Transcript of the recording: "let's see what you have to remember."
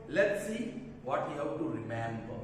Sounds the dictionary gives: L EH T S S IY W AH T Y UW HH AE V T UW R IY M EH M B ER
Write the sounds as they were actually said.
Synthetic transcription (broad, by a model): L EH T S S IY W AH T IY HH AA W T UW R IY M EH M B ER